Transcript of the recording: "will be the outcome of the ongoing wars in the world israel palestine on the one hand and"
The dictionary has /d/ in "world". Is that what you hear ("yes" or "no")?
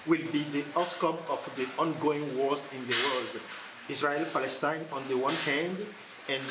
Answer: yes